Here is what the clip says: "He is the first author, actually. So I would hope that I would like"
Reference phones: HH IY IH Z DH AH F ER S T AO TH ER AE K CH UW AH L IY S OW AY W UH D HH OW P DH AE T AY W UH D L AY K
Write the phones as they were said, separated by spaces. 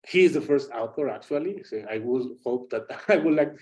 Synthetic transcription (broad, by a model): HH IY IH Z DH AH F ER S T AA T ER AE K CH UW AH L IY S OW AY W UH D HH OW P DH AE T AY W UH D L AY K